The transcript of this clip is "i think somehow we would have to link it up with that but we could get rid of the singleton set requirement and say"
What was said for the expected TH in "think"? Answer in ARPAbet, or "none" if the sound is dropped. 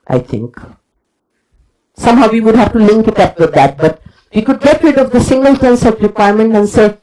T